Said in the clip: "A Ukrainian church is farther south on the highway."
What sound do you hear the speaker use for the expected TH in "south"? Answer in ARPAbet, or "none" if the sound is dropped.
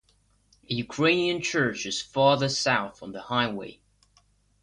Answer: TH